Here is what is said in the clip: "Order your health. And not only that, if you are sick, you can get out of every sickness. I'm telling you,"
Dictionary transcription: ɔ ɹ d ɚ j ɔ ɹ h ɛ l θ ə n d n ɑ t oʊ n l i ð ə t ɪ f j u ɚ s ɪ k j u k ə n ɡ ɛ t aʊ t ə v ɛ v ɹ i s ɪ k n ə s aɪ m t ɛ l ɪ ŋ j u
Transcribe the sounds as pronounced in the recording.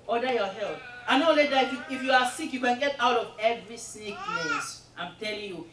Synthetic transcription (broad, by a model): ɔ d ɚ j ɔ h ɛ l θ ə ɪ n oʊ l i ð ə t ɪ f j u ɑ s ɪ k j u k ə n ɡ ɛ t aʊ t ə v ɛ v ɹ i s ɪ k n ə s aɪ m t ɛ l ɪ ŋ j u